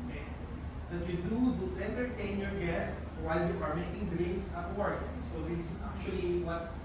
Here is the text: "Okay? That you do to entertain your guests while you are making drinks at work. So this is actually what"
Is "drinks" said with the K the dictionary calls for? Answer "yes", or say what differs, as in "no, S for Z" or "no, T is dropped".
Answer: no, K is dropped